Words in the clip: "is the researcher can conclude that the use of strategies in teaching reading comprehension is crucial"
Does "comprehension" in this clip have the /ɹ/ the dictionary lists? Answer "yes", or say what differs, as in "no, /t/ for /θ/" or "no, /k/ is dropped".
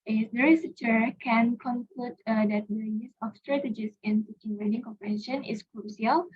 no, /ɹ/ is dropped